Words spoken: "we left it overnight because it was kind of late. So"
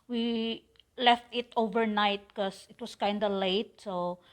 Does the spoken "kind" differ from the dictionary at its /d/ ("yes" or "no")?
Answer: no